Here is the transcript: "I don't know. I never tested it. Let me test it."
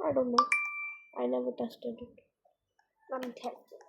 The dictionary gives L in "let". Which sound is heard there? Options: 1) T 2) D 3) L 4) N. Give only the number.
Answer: 4